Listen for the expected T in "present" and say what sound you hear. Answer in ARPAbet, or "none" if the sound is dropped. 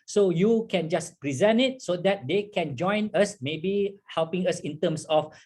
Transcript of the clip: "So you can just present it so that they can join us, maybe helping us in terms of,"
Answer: none